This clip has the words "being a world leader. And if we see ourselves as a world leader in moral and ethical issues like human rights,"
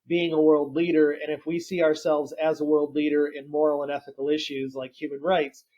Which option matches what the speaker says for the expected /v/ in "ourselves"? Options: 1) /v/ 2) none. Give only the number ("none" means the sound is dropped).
1